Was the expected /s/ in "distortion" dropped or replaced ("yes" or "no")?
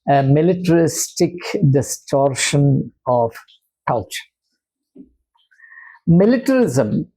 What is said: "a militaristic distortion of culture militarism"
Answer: no